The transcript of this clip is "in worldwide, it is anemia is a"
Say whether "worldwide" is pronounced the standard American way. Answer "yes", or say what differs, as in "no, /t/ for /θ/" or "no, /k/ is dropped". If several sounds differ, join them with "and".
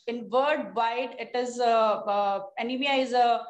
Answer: no, /l/ is dropped